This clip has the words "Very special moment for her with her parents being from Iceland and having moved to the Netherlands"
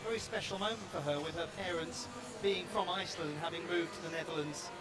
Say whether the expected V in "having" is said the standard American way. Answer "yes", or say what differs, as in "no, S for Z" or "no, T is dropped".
yes